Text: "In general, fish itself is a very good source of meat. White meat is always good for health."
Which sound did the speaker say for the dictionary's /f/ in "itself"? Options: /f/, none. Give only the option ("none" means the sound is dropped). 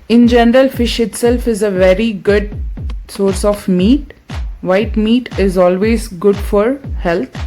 /f/